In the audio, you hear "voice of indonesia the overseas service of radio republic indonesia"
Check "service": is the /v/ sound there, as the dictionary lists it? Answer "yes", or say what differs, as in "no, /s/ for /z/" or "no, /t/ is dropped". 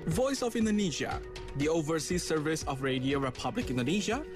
yes